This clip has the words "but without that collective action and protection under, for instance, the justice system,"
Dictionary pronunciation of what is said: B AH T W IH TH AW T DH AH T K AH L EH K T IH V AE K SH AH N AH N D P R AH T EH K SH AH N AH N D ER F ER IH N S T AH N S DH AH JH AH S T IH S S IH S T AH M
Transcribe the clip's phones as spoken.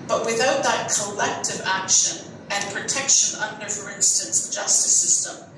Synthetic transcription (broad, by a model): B AH T W IH TH AW T DH AH T K AH L EH K T IH V AE K SH AH N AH N P R AH T EH K SH AH N AH N D ER F ER IH N S T AH N S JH AH S T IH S S IH S T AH M